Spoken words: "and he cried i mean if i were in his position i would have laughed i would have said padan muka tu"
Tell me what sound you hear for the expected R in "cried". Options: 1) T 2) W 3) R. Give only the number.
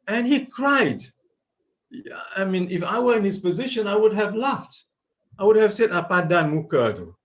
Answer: 3